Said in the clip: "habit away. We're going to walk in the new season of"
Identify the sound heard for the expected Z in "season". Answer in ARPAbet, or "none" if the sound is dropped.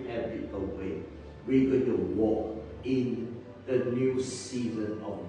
Z